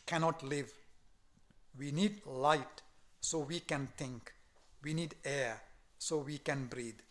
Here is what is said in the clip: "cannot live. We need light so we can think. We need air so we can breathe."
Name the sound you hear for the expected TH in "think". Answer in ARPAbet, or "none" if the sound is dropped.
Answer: T